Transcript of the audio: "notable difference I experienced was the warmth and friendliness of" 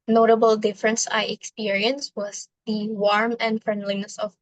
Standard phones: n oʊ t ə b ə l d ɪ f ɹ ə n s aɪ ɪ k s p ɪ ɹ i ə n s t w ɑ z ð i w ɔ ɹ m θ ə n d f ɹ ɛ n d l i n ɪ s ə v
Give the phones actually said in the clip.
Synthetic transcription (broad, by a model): n oʊ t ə b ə l d ɪ f ɹ ə n s aɪ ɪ k s p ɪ ɹ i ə n s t w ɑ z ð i w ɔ ɹ m ə n d f ɹ ɛ n d l i n ɪ s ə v